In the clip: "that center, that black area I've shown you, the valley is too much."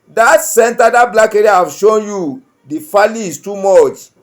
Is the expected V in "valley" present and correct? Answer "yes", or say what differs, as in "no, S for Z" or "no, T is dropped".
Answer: no, F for V